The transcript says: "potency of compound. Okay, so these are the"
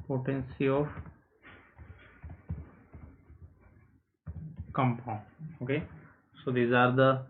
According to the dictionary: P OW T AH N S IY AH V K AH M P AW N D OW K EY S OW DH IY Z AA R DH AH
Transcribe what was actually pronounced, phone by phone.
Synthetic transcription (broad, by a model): P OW T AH N S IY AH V K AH M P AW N OW K EY S OW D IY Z AA R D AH